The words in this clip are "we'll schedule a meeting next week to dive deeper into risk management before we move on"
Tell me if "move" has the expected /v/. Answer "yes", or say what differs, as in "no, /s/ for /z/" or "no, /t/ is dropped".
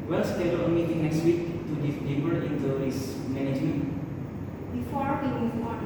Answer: no, /v/ is dropped